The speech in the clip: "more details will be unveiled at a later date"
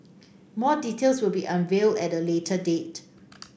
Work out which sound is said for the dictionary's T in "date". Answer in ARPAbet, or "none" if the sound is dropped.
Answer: T